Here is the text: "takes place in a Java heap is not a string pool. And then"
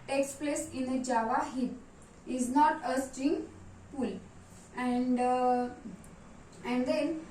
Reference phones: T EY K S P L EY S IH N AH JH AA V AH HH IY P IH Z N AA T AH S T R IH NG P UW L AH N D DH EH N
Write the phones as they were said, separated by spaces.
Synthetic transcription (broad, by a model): T EY K S P L EY S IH N AH JH AA V AH HH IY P IH Z N AA T AH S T IH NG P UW L AH N D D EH N